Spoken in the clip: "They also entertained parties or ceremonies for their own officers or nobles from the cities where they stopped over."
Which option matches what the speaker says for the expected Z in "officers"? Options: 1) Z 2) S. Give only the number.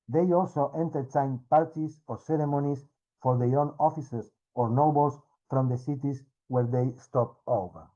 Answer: 2